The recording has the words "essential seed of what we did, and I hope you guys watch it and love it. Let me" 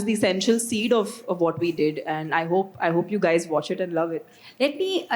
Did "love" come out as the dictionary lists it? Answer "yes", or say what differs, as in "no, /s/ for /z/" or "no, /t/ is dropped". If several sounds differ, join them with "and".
yes